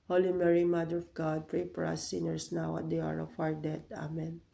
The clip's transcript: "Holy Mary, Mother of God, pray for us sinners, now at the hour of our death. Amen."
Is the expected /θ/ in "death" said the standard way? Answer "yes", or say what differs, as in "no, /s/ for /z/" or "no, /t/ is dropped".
no, /t/ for /θ/